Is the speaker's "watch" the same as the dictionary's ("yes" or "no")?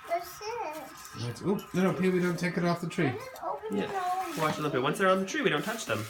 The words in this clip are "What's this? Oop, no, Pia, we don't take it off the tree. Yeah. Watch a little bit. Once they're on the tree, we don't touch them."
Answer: no